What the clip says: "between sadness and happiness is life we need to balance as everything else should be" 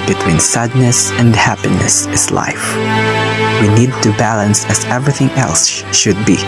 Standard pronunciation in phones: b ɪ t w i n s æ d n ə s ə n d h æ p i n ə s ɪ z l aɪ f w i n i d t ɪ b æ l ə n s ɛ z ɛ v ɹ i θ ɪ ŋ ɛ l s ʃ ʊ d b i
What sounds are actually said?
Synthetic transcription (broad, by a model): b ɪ t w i n s æ d n ə s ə n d h æ p i n ə s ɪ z l aɪ f w i n i d t ɪ b æ l ə n s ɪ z ɛ v ɹ i θ ɪ ŋ ɛ l s ʃ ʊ d b i